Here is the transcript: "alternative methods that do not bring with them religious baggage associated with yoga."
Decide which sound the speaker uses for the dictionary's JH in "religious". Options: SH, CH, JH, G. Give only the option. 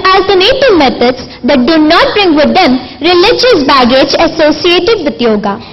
JH